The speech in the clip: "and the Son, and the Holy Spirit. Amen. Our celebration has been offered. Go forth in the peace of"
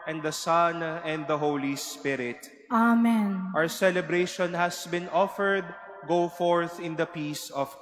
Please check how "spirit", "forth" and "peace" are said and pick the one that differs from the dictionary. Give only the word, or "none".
none